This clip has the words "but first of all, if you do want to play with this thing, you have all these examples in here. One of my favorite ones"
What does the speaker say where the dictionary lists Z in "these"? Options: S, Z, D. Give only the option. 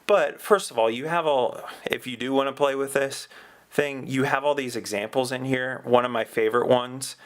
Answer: Z